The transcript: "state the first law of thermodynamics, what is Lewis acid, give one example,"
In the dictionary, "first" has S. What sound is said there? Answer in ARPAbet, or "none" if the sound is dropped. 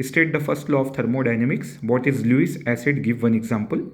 S